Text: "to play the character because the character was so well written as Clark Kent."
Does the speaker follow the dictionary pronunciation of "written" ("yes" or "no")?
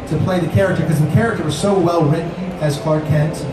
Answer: no